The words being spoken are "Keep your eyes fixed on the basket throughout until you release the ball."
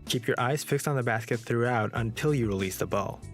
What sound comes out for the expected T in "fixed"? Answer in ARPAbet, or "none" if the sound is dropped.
T